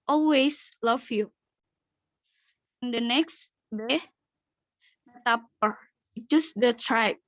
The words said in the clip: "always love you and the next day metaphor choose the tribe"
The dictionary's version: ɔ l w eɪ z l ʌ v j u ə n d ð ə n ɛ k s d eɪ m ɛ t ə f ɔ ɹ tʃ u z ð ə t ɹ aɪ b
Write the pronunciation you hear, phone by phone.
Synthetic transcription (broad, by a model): ɔ l w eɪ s l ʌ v j u ə n d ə n ɛ k s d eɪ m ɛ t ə p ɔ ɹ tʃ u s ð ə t ɹ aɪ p